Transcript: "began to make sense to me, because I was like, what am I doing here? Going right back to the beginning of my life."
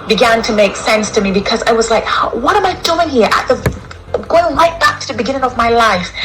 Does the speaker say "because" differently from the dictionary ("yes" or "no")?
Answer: no